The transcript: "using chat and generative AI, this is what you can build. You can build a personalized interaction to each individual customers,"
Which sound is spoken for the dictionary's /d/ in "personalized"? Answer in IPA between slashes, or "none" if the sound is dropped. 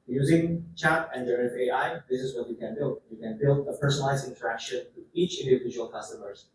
none